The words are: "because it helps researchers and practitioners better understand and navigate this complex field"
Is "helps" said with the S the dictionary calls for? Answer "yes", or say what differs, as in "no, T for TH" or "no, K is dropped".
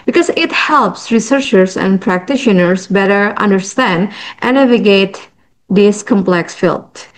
yes